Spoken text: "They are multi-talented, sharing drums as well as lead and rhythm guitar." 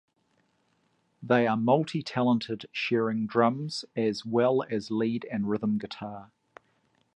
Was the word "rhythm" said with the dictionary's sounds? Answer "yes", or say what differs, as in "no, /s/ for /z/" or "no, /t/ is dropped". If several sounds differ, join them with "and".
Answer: yes